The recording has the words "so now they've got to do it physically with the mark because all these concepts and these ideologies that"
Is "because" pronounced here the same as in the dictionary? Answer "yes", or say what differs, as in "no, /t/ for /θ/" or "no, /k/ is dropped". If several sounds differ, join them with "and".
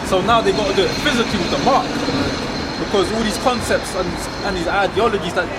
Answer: yes